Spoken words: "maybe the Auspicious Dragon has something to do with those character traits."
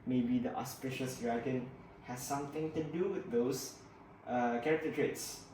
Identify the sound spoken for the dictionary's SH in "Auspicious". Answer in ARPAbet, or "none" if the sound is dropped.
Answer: SH